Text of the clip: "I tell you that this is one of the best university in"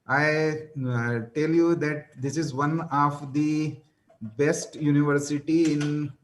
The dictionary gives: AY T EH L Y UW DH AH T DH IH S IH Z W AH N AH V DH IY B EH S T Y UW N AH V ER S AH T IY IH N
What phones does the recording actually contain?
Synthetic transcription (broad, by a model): AY T EH L Y UW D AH T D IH S IH Z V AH N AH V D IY B EH S T Y UW N AH V ER S AH T IY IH N